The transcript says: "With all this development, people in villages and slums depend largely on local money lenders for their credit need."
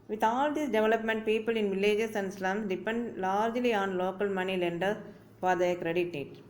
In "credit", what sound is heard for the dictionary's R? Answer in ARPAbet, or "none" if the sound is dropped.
R